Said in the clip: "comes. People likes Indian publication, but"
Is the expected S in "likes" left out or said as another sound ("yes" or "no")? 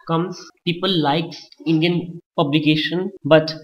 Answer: yes